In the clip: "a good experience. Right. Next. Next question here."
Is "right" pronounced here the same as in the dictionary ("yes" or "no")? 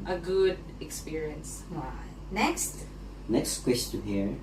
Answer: no